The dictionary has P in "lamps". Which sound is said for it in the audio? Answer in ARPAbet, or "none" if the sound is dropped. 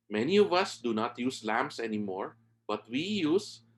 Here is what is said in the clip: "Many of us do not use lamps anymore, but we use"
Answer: none